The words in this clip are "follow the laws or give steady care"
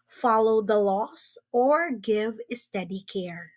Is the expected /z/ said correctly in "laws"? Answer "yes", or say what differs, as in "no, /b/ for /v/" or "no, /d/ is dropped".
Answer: no, /s/ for /z/